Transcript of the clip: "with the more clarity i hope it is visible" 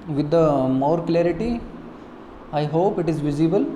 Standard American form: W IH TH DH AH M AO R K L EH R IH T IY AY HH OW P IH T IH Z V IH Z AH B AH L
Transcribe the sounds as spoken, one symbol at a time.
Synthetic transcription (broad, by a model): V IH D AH M AO R K L EH R IH T IY AY HH OW P IH T IH Z V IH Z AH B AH L